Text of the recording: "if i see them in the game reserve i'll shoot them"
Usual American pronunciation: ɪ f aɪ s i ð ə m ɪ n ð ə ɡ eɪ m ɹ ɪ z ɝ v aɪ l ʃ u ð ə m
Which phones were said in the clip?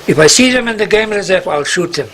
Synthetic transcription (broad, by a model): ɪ f aɪ s i ð ə m ɪ n ð ə ɡ eɪ m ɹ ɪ z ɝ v aɪ l ʃ u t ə m